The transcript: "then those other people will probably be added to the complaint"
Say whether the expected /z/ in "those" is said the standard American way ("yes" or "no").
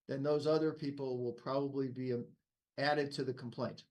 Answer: yes